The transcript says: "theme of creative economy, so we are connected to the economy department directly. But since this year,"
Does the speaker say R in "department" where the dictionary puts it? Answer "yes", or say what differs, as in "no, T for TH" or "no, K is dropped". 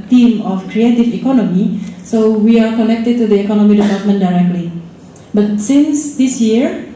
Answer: no, L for R